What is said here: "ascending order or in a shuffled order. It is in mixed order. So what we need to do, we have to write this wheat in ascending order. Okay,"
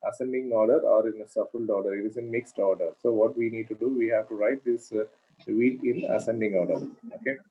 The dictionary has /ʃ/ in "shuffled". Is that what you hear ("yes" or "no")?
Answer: no